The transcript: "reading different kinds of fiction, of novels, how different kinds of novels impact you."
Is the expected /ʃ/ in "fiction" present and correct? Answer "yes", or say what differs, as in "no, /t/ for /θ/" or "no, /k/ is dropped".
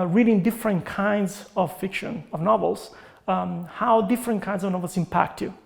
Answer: yes